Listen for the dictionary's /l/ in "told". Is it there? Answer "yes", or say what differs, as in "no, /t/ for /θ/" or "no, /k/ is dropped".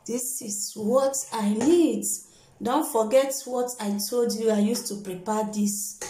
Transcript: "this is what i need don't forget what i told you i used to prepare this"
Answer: yes